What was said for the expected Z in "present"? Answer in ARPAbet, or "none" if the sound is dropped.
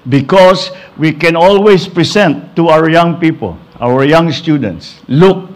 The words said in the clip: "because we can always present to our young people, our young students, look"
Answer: S